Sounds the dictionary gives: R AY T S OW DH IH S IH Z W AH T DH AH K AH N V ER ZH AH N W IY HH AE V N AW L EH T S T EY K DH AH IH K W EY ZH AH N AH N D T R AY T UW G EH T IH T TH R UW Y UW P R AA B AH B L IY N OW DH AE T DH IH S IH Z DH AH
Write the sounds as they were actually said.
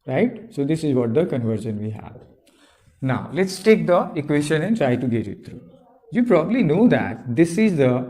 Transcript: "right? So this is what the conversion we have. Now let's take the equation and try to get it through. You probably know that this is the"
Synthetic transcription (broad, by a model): R AY T S OW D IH S IH Z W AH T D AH K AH N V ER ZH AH N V IY HH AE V N AW L EH T S T EY K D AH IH K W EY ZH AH N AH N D T R AY T UW G EH T IH T T R UW Y UW P R AA B AH B L IY N OW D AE T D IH S IH Z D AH